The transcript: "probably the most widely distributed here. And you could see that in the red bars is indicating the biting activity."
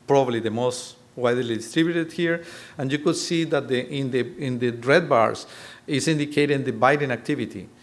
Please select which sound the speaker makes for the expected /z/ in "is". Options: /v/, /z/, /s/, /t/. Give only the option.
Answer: /s/